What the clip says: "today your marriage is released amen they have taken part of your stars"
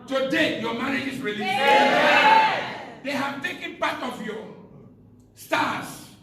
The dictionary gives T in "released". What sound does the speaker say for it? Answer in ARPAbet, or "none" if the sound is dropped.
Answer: none